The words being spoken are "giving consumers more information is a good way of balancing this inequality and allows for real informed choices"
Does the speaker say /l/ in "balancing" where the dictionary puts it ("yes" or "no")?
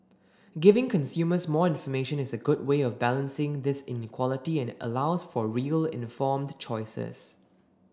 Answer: yes